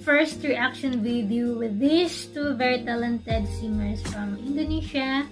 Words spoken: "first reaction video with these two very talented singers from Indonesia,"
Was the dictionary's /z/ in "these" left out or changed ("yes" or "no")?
yes